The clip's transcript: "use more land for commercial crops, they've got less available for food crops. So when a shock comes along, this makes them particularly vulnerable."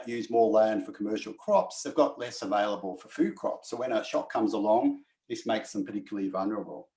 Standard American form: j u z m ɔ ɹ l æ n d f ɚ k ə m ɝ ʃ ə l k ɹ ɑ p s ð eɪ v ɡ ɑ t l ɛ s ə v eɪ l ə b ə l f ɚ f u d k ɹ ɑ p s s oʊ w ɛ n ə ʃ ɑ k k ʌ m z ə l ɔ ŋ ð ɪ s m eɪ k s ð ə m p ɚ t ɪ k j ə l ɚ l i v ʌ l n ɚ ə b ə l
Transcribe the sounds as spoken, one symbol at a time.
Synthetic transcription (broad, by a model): j u z m ɔ ɹ l æ n d f ɚ k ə m ɝ ʃ l k ɹ ɑ p s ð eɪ v ɡ ɑ t l ɛ s ə v eɪ l ə b ə l f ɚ f u d k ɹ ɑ p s s oʊ w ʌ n ə ʃ ɑ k k ʌ m z ə l ɔ ŋ ð ɪ s m eɪ k s ð ə m p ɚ t ɪ k j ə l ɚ l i v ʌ l n ɚ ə b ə l